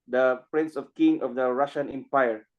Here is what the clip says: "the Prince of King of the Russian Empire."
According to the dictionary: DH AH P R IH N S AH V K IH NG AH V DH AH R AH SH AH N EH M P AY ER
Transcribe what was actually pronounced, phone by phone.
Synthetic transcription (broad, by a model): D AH P R IH N S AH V K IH NG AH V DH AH R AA SH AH N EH M P AY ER